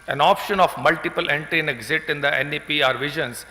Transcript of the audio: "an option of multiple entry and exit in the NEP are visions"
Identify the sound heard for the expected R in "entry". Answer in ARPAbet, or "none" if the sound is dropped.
none